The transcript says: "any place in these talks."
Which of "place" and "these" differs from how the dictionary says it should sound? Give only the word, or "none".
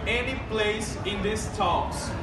these